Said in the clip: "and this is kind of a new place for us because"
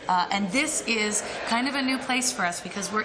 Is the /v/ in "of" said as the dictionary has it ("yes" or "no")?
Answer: yes